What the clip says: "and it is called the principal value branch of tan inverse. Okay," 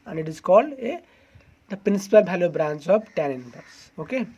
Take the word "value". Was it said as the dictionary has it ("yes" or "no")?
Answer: no